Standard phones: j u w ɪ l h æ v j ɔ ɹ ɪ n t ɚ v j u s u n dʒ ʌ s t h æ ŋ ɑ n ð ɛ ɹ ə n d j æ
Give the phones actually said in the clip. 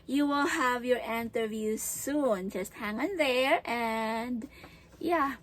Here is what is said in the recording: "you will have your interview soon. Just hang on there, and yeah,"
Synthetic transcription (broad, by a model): j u w ɪ l h æ v j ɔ ɹ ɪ n t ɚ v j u s u n dʒ ʌ s t h æ ŋ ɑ n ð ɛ ɹ ə n d j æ